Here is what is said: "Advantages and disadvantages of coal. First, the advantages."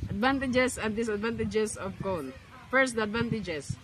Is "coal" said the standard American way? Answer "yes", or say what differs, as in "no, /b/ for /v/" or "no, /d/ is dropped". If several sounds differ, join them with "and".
no, /n/ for /l/